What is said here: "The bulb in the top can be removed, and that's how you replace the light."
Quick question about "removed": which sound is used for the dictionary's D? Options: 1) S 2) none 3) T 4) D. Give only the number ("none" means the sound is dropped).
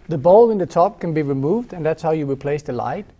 4